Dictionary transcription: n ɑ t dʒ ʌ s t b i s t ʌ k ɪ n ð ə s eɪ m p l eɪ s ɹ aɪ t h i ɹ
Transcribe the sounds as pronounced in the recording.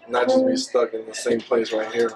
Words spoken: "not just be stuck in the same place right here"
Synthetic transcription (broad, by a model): n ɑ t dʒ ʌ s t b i s t ʌ k ɪ n ð ə s eɪ m p l eɪ s ɹ aɪ t h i ɹ